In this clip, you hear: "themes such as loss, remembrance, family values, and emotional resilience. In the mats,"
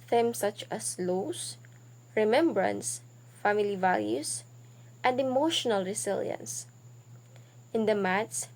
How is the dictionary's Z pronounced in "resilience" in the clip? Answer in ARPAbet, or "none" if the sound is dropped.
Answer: S